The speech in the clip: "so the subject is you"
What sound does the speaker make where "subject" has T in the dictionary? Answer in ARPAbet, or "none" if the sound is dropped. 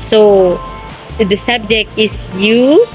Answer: T